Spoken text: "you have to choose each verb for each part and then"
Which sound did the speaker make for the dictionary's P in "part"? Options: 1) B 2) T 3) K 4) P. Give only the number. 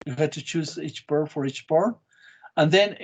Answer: 1